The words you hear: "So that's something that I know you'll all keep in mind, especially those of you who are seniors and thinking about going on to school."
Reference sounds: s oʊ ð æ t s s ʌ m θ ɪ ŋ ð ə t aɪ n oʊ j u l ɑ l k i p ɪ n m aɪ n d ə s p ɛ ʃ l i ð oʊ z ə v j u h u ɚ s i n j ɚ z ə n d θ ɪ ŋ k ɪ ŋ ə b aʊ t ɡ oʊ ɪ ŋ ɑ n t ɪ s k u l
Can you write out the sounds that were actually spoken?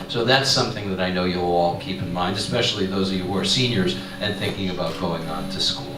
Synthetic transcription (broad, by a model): s oʊ ð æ t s s ʌ m θ ɪ ŋ ð ə t aɪ n oʊ j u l ɑ l k i p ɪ n m aɪ n d ə s p ɛ ʃ l i ð oʊ z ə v j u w ɚ s i n j ɚ z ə n θ ɪ ŋ k ɪ ŋ ə b aʊ t ɡ oʊ ɪ ŋ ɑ n t ɪ s k u l